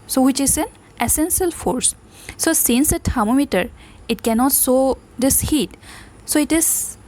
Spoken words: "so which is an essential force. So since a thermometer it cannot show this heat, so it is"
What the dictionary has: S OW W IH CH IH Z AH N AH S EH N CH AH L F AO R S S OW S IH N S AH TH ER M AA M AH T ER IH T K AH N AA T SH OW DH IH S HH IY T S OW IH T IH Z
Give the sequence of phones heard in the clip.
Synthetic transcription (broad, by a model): S OW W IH CH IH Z AH N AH S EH N S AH L F AO R S S OW S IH N S AH T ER M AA M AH T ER IH T K AH N AA T S OW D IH S HH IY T S OW IH T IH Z